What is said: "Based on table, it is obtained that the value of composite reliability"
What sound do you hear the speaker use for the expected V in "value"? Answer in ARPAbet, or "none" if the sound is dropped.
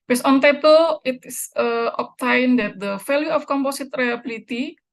F